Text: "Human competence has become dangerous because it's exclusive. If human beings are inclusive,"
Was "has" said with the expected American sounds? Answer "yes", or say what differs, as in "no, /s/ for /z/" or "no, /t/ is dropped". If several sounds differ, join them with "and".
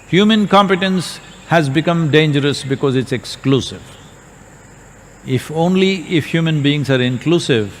yes